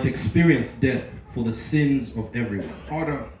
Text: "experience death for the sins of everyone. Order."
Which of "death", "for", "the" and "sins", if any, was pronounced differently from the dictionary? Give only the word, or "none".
none